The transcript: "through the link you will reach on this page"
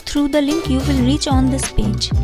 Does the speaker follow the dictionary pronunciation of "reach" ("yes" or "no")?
yes